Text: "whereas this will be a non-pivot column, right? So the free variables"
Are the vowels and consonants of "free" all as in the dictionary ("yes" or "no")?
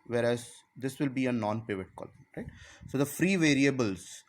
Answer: yes